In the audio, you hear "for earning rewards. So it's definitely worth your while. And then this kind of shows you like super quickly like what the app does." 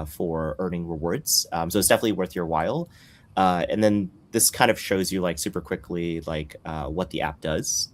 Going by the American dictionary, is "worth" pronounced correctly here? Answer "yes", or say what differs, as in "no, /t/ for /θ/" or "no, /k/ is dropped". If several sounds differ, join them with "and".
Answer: yes